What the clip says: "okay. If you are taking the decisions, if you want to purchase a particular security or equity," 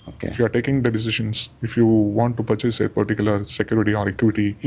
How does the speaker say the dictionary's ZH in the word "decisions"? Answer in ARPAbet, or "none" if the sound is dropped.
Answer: SH